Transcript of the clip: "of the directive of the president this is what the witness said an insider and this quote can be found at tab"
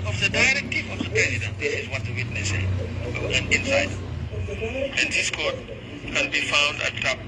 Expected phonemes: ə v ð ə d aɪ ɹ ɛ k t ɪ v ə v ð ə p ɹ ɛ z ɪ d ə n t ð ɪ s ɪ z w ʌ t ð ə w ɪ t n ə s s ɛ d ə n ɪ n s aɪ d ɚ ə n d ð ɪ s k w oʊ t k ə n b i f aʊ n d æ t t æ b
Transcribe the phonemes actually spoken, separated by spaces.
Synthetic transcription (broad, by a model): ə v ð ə d aɪ ɹ ɛ k t ɪ v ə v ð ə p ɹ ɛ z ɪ d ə n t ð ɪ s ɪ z w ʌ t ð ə w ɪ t n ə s s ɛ ə n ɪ n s aɪ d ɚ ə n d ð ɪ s k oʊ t k ə n b i f aʊ n d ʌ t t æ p